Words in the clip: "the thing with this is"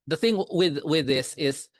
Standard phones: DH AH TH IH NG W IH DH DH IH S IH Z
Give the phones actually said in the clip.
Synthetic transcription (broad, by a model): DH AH TH IH NG W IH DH DH IH S IH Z